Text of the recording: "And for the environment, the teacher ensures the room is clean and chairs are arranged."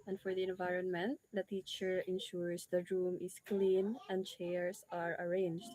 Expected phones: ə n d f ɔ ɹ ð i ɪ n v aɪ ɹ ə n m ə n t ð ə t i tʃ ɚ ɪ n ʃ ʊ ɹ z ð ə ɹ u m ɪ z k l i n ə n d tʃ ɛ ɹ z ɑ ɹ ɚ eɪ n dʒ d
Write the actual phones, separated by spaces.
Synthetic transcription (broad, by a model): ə n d f ɔ ɹ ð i ɪ n v aɪ ɹ ə n m ə n t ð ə t i tʃ ɚ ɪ n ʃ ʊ ɹ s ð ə ɹ u m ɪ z k l i n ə n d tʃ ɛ ɹ s ɑ ɹ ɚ eɪ n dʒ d